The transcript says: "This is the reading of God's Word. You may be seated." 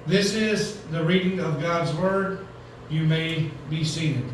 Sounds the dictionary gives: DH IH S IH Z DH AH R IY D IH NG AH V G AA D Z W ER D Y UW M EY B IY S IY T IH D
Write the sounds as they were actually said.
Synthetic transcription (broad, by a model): DH IH S IH Z DH AH R IY D IH NG AH V G AA D Z W ER D Y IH M EY B IY S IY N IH